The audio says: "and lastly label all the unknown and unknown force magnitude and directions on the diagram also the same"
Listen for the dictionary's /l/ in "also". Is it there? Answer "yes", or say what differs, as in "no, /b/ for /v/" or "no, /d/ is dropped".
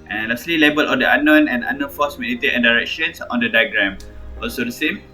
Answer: yes